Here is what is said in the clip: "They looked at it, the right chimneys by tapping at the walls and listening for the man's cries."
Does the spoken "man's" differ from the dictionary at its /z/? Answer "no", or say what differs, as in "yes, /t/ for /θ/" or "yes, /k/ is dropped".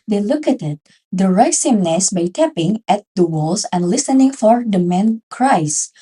yes, /z/ is dropped